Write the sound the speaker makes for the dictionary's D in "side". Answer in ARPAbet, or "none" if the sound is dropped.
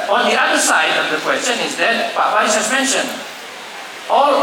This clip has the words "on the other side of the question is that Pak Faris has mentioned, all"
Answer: D